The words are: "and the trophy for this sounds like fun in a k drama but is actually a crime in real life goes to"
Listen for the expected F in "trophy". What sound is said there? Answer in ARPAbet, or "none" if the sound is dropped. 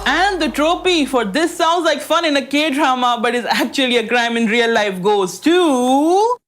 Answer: P